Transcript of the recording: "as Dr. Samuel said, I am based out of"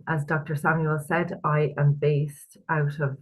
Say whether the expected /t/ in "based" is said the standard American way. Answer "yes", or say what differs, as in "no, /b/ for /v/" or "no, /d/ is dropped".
yes